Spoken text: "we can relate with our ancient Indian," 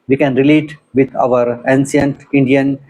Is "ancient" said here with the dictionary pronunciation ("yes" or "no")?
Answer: no